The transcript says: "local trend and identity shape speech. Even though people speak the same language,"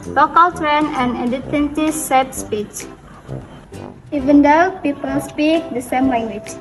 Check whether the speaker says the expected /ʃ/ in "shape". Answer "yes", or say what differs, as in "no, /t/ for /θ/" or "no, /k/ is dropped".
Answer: no, /s/ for /ʃ/